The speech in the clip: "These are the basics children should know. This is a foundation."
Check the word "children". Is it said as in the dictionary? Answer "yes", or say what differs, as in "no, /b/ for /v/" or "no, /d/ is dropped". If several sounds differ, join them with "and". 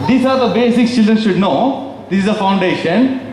yes